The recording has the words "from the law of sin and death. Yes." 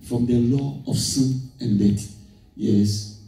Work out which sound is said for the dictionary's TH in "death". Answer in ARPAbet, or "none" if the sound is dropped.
T